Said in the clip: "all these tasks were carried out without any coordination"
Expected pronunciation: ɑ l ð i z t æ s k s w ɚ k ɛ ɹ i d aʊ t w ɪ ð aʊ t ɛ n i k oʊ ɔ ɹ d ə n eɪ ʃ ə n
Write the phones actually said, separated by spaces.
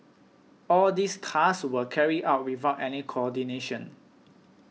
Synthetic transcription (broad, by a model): ɑ l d i s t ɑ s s w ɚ k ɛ ɹ i aʊ t w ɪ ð aʊ t ɛ n i k oʊ ɔ d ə n eɪ ʃ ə n